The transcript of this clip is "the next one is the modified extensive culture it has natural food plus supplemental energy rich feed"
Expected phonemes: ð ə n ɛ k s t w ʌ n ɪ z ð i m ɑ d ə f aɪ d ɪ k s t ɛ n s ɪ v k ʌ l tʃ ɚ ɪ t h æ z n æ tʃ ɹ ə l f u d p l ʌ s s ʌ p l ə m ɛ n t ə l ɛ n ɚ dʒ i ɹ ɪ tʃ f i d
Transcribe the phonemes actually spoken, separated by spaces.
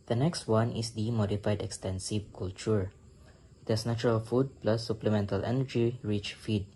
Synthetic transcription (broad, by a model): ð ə n ɛ k s t w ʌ n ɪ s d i m ɑ d ə f aɪ d ɪ k s t ɛ n s ɪ v k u l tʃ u ɪ t h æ s n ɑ tʃ ɹ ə l f u d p l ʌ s s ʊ p l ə m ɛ n t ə l ɛ n ɚ dʒ i ɹ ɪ tʃ f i d